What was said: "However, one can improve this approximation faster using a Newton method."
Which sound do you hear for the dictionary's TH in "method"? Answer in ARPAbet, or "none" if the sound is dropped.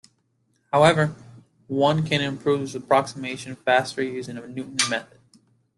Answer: TH